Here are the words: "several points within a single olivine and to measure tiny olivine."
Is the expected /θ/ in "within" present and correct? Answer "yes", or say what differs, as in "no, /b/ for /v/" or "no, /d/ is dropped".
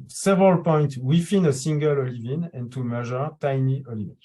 no, /f/ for /θ/